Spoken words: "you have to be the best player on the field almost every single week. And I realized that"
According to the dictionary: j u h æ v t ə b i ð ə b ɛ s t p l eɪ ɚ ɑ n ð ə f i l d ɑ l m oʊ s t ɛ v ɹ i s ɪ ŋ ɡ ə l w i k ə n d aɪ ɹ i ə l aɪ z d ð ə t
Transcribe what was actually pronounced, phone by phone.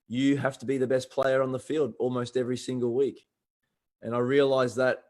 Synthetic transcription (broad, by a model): j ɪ h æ f t ə b i ð ə b ɛ s p l eɪ ɚ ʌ n ð ə f i l d ɑ l m oʊ s t ɛ v ɹ i s ɪ ŋ ɡ ə l w i k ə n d aɪ ɹ i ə l aɪ z ð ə t